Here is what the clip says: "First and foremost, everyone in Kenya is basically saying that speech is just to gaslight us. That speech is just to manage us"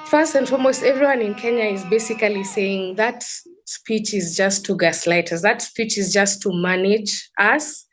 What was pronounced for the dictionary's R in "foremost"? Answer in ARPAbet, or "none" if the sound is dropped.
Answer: L